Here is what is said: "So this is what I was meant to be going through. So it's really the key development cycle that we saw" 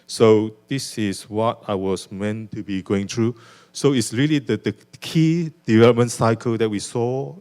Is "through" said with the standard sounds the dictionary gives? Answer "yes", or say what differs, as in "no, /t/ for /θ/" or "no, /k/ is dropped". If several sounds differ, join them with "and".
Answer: no, /t/ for /θ/